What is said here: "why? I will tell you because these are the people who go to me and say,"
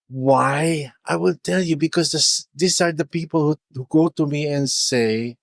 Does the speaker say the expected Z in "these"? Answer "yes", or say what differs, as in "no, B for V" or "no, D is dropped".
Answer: no, S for Z